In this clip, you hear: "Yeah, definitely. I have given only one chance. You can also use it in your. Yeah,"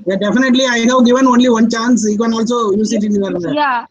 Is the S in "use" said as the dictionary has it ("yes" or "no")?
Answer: yes